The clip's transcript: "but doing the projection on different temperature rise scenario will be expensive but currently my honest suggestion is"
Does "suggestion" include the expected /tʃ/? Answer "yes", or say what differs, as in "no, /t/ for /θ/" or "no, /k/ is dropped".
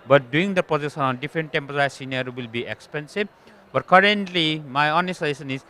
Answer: no, /tʃ/ is dropped